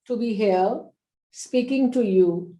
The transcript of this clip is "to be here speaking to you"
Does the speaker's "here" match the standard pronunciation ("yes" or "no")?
no